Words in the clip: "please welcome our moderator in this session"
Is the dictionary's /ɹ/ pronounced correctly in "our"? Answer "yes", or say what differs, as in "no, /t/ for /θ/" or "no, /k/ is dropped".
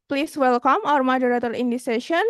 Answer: yes